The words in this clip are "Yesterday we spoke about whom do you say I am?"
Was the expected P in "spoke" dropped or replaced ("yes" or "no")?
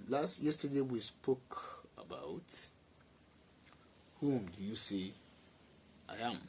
no